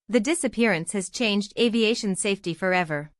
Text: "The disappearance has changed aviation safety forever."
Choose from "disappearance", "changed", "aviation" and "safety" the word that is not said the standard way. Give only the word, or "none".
none